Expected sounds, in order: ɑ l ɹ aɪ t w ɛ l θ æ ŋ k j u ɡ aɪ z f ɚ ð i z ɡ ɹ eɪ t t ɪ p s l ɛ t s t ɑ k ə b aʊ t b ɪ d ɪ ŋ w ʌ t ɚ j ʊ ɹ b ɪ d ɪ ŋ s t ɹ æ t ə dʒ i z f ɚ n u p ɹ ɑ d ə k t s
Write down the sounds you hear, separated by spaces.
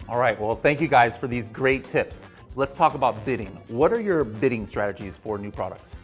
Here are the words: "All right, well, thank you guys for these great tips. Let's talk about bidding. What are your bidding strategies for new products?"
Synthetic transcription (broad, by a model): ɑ l ɹ aɪ t w ɛ l θ æ ŋ k j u ɡ aɪ z f ɚ ð i z ɡ ɹ eɪ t t ɪ p s l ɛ t s t ɑ k ə b aʊ t b ɪ d ɪ ŋ w ʌ t ɚ j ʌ ɹ b ɪ d ɪ ŋ s t ɹ æ t ə dʒ i z f ɚ n u p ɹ ɑ d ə k t s